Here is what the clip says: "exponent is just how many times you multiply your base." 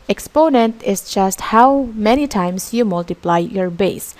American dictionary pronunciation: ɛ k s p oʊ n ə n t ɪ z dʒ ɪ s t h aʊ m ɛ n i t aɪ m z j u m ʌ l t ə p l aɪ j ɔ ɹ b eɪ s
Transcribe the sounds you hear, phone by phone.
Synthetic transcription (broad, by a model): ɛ k s p oʊ n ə n t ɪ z dʒ ɪ s t h aʊ m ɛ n i t aɪ m s j u m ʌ l t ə p l aɪ j ɔ ɹ b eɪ s